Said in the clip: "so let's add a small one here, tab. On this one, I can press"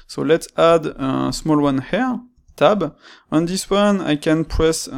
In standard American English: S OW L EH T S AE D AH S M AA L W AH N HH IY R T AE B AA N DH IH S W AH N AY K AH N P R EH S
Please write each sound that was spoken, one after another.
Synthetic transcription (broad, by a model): S OW L EH T S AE D AH S M AA L W AH N HH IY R T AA B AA N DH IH S W AH N AY K AH N P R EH S